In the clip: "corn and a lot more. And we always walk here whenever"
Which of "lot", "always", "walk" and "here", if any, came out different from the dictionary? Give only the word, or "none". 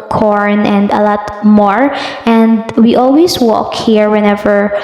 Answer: always